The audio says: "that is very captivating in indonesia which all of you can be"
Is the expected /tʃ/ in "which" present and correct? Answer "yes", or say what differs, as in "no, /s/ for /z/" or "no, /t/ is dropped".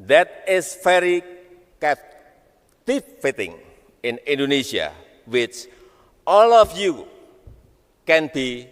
yes